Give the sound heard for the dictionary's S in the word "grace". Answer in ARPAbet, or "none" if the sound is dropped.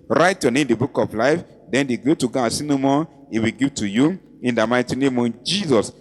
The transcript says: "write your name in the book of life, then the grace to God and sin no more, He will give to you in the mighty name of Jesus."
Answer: none